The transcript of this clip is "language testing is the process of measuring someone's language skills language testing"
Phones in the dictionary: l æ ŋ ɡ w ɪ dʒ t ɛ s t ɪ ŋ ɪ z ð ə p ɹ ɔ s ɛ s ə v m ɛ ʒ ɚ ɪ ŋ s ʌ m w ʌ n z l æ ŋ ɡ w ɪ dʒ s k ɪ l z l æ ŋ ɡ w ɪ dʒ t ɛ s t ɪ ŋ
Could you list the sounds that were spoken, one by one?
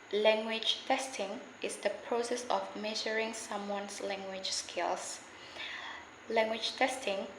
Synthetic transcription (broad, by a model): l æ ŋ ɡ w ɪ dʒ t ɛ s t ɪ ŋ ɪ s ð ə p ɹ ɔ s ɛ s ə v m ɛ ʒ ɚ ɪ ŋ s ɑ m w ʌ n s l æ ŋ ɡ w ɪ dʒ s k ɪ l s l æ ŋ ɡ w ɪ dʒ t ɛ s t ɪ ŋ